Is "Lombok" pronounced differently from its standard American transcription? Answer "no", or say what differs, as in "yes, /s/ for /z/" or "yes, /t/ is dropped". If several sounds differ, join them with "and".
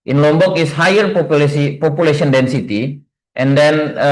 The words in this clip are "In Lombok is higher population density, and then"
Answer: no